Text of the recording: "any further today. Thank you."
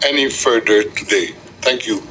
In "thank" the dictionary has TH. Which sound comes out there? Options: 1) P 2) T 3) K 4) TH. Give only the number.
2